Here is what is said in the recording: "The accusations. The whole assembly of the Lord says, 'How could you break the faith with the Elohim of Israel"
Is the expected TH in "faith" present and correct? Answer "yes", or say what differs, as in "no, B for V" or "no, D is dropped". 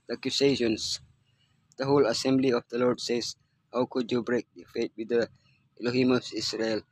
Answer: no, T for TH